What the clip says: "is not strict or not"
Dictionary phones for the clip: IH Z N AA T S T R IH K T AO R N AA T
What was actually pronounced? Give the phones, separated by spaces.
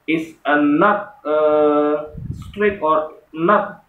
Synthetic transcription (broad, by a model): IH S N AA T S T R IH T AO R N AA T